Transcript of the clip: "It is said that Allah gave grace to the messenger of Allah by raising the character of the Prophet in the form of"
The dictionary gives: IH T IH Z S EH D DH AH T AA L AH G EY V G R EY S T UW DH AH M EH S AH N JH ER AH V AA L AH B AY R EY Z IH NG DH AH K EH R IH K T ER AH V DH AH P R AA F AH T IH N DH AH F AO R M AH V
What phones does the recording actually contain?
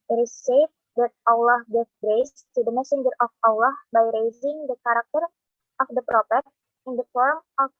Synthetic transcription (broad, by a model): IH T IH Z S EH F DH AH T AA L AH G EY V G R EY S T UW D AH M EH S AH N JH ER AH F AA L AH B AY R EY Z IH NG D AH K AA R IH K T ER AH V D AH P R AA P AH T IH N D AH F AO R M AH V